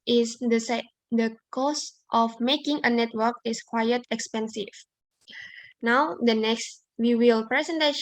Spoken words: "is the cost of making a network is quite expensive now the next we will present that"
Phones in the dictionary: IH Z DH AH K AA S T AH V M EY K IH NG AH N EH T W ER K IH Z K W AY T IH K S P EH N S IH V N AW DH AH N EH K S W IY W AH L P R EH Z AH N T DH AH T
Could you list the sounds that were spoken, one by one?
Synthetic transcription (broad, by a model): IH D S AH K AA S T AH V M EY K IH NG AH N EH T W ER K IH S K W AY T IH K S P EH N S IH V N AW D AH N EH K S W IY W AH L P R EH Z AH N T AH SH